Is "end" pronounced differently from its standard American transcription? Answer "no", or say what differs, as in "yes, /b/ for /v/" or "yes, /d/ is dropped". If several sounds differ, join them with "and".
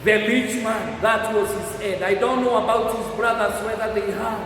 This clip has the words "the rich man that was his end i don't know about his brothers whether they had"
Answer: yes, /n/ is dropped